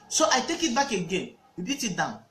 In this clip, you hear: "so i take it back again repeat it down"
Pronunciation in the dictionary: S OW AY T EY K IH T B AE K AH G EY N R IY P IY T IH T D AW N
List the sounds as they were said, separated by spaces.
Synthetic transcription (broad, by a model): S OW AY T EY K IH T B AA K AH G EY N W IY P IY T IH T D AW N